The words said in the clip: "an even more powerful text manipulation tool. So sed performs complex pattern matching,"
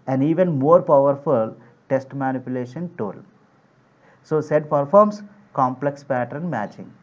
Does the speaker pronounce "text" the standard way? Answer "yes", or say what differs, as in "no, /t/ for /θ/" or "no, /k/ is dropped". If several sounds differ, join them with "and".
no, /k/ is dropped